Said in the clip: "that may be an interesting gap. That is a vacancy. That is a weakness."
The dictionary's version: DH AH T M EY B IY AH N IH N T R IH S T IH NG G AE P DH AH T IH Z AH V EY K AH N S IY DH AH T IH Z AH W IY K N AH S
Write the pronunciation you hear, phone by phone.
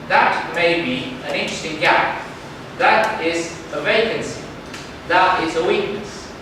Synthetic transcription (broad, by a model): DH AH T M EY B IY AH N IH N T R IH S T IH NG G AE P DH AH T IH Z AH V EY K AH N S IY DH AH T IH Z AH W IY K N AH S